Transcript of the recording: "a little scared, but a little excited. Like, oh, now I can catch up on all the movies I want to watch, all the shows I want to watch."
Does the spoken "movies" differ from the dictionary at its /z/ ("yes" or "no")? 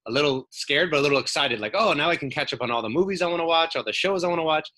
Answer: no